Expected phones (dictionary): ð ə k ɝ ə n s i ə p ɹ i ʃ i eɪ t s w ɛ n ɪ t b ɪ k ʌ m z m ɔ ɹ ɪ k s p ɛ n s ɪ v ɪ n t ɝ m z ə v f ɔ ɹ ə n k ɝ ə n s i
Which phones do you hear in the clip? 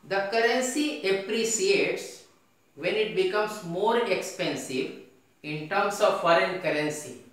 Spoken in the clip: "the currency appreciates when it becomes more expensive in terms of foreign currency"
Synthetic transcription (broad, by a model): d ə k ɝ ə n s i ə p ɹ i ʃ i eɪ t s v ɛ n ɪ t b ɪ k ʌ m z m ɔ ɹ ɪ k s p ɛ n s ɪ v ɪ n t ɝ m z ə v f ɔ ɹ ə n k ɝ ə n s i